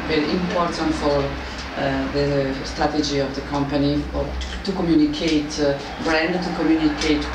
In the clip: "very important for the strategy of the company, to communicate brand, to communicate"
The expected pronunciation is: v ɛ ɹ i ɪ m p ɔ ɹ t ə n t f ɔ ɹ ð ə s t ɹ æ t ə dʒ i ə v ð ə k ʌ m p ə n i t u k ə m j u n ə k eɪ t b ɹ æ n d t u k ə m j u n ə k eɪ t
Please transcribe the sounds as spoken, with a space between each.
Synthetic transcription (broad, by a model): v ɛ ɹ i ɪ m p ɔ ɹ t ə n t f ɔ ɹ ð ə s t ɹ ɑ t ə dʒ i ə v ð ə k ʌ m p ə n i t u k ə m j u n ə k eɪ t b ɹ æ n d t u k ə m j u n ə k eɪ t